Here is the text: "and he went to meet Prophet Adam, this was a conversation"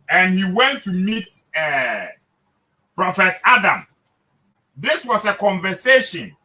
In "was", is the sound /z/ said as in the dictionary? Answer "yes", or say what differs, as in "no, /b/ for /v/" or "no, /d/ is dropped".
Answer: no, /s/ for /z/